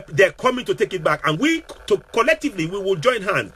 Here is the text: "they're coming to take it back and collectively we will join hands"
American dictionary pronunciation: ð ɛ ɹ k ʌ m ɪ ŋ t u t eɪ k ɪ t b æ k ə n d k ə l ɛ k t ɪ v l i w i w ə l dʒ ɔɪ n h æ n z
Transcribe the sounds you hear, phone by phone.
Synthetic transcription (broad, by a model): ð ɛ k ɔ m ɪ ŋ t u t eɪ k ɪ t b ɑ k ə n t k ə l ɛ k t ɪ v l i w i w ə l dʒ ɔɪ n h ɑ n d